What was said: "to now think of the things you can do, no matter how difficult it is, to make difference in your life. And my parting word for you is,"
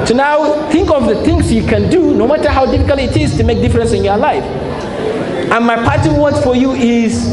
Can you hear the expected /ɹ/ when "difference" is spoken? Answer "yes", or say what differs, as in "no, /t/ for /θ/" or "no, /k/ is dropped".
yes